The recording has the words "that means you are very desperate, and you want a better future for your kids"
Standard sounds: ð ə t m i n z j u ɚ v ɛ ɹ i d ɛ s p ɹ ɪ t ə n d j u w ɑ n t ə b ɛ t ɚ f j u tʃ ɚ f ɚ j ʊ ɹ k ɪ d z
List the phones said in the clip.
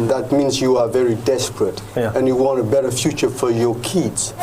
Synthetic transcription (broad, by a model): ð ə t m i n z j u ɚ v ɛ ɹ i d ɛ s p ɹ ɪ t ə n j u w ɑ n t ə b ɛ t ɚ f j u tʃ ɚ f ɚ j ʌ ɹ k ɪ d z